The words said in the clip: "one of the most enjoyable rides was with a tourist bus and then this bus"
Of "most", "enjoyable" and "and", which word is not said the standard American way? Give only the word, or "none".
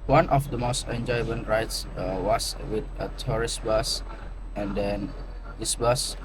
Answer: enjoyable